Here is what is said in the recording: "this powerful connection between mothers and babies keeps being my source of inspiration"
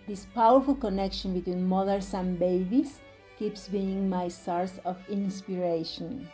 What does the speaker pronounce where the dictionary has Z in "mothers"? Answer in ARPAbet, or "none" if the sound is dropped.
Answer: S